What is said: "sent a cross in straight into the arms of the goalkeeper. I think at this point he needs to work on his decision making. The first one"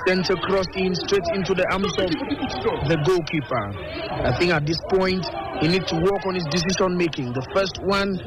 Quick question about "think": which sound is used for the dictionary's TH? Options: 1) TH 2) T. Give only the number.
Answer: 1